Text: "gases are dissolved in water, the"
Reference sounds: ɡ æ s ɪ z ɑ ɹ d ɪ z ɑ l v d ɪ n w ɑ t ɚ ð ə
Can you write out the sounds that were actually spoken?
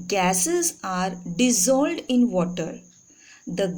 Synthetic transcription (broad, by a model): ɡ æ s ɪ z ɑ ɹ d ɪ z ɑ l d ɪ n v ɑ t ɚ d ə